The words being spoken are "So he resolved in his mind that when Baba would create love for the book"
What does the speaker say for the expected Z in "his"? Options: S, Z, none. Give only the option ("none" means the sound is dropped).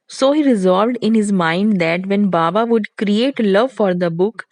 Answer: Z